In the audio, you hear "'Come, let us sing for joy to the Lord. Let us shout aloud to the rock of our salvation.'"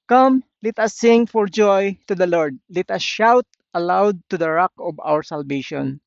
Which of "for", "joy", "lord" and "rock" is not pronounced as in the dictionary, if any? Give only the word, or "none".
none